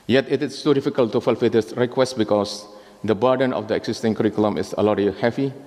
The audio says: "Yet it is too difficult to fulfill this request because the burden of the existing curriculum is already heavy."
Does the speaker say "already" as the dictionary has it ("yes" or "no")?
no